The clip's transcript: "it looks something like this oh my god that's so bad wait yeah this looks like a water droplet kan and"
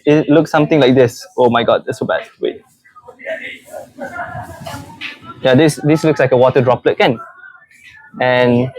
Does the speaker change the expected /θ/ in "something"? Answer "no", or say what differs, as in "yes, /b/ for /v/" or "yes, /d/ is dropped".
yes, /t/ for /θ/